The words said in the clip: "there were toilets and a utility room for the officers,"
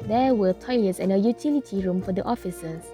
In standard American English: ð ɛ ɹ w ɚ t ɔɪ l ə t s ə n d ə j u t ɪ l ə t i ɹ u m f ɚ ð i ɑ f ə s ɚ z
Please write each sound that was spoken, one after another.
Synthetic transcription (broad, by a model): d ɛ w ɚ t ɔɪ l ə t s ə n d ə j u t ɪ l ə t i ɹ u m f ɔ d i ɑ f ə s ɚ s